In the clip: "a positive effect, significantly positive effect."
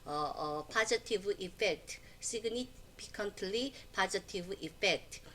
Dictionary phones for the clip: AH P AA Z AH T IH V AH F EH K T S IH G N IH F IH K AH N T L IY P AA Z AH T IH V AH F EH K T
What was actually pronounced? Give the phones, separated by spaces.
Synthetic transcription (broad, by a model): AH P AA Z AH T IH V AH F EH K T S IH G N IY P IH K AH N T L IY P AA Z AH T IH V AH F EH K T